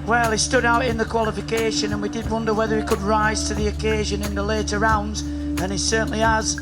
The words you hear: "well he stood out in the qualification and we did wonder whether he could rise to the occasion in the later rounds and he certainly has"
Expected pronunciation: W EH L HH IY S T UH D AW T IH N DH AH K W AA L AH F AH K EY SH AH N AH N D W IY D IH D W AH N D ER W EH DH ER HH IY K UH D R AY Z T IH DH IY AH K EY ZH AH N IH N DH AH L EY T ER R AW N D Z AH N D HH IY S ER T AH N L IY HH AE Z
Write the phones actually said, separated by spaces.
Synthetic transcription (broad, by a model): W EH L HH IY S T UH D AW T IH N DH AH K W AA L AH F AH K EY SH AH N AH N W IY D IH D W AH N D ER W EH DH ER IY K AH D R AY Z T IH DH IY AH K EY ZH AH N IH N DH AH L EY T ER R AW N D Z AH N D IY S ER T N L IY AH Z